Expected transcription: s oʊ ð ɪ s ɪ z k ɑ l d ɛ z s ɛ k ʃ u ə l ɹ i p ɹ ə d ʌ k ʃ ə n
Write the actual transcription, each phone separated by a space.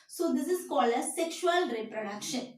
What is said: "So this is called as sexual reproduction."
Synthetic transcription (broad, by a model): s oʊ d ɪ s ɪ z k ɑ l ɛ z s ɛ k ʃ u ə l ɹ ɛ p ɹ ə d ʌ k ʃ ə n